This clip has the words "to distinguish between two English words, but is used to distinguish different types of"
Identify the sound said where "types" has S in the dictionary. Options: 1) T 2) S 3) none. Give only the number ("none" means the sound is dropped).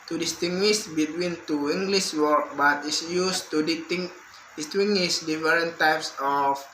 2